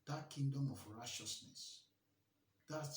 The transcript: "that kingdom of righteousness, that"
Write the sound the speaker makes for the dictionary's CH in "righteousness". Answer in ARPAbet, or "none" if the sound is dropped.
SH